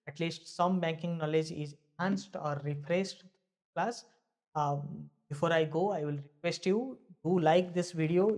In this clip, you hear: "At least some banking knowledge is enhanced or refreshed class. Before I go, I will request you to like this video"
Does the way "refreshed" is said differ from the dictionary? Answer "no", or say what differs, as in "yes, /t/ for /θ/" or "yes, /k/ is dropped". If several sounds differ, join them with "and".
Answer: yes, /s/ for /ʃ/